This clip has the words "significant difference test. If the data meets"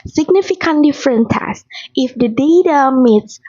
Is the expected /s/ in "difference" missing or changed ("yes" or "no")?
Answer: yes